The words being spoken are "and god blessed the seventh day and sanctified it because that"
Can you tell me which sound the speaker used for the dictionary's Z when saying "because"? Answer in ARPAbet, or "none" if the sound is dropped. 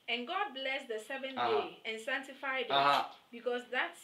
S